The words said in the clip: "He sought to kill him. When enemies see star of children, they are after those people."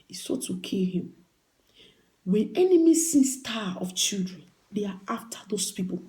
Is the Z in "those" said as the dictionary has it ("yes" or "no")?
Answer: no